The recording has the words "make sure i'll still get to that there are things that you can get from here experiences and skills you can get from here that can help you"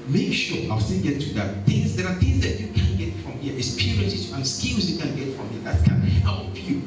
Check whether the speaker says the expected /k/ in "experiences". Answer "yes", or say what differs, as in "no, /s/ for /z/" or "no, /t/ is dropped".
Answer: no, /k/ is dropped